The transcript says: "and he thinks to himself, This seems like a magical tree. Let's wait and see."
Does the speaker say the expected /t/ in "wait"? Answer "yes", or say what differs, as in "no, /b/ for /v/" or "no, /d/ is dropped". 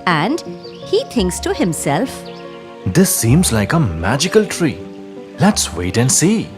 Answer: yes